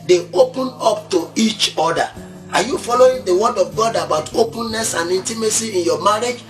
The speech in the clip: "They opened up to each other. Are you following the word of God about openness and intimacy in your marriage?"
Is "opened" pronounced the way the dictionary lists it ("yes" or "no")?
no